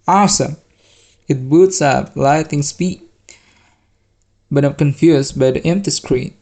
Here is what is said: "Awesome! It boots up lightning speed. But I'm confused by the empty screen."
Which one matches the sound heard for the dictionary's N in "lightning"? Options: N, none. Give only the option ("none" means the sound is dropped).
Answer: none